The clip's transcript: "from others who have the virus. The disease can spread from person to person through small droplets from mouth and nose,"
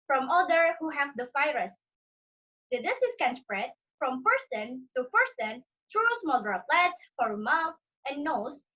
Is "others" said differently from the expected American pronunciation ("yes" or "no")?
yes